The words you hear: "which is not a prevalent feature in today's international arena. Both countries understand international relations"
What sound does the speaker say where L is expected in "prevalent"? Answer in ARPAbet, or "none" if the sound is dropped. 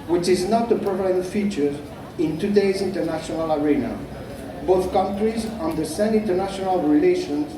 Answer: none